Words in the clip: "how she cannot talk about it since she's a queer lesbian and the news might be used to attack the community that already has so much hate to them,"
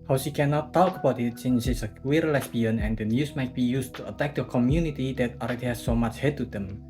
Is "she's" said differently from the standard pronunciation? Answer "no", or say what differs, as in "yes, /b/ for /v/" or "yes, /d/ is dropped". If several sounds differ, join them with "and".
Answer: yes, /s/ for /z/